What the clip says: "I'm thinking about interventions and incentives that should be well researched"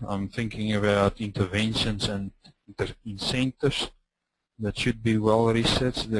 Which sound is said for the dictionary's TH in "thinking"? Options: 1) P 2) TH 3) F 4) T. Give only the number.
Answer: 2